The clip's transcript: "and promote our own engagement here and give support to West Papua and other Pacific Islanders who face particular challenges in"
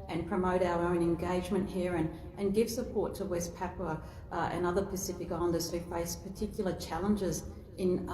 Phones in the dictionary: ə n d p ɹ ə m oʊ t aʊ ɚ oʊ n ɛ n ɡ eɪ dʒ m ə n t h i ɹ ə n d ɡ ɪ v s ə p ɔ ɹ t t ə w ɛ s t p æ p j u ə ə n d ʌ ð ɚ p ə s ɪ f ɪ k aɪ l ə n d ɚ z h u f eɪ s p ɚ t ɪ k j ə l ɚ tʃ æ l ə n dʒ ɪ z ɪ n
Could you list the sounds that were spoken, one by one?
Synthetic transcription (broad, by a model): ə n p ɹ ə m oʊ t aʊ ɚ oʊ n ɛ n ɡ eɪ dʒ m ə n t h i ɹ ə n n ɡ ɪ v s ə p ɔ ɹ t t ə w ɛ s p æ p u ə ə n ʌ ð ɚ p ə s ɪ f ɪ k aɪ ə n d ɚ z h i f eɪ s p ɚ t ɪ k j l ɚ tʃ æ l ə n dʒ ɪ z ɪ n